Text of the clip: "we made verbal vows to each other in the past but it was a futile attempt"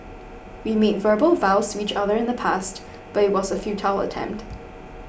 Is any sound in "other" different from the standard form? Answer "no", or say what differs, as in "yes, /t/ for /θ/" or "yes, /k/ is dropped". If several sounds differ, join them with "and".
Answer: no